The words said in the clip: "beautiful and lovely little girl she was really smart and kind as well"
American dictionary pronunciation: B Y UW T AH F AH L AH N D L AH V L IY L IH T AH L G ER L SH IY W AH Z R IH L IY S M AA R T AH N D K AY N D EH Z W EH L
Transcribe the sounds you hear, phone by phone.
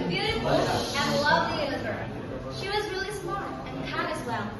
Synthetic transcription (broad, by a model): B Y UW T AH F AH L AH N L AH V L IY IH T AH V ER SH IY W AH Z R IH L IY S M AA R AH N K AY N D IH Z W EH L